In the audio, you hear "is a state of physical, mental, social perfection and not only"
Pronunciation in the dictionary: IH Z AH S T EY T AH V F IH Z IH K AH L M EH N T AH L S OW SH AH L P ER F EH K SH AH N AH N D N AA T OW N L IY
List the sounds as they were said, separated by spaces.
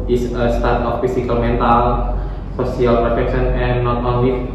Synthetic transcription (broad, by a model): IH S AH S T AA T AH F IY S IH K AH L M EH N T AH L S OW S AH L P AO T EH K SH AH N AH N N AA T OW N L IY